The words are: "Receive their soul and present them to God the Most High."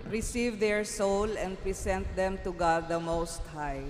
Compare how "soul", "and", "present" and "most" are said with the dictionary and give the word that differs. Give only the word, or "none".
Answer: present